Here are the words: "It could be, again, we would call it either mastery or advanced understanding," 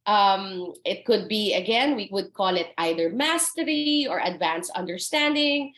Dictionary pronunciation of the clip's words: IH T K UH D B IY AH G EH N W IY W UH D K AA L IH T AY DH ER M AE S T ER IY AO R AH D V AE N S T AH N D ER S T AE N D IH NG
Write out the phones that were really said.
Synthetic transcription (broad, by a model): IH T K UH D B IY AH G EH N W IY W UH D K AA L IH T AY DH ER M AE S T ER IY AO R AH D V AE N S AH N D ER S T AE N D IH NG